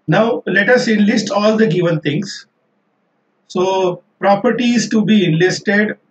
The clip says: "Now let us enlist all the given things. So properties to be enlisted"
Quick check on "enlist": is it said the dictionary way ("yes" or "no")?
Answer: yes